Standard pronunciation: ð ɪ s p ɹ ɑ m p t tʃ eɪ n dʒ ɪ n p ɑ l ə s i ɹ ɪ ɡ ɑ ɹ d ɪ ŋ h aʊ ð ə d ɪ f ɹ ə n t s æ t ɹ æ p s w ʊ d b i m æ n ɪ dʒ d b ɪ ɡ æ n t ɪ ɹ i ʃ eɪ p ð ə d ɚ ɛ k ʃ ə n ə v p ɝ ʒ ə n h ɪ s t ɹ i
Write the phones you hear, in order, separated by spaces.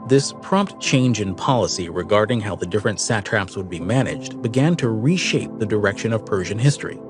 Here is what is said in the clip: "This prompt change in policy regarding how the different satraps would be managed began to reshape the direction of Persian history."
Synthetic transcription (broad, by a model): ð ɪ s p ɹ ɑ m p t tʃ eɪ n dʒ ɪ n p ɑ l ə s i ɹ ɪ ɡ ɑ ɹ d ɪ ŋ h aʊ ð ə d ɪ f ɹ ə n t s æ t ɹ æ p s w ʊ d b i m æ n ɪ dʒ d b ɪ ɡ æ n t ɪ ɹ i ʃ eɪ p ð ə d ɚ ɛ k ʃ ə n ə v p ɝ ʒ ə n h ɪ s t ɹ i